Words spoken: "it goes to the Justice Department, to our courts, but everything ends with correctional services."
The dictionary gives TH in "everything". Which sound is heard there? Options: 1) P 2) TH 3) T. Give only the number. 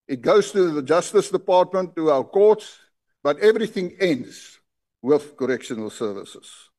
2